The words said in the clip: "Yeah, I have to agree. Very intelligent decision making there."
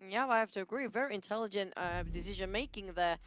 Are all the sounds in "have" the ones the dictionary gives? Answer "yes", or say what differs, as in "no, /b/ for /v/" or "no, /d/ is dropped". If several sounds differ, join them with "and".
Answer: no, /f/ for /v/